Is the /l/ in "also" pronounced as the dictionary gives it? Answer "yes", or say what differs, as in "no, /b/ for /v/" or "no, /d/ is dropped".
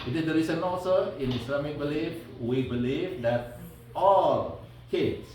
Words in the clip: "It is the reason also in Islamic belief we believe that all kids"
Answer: no, /n/ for /l/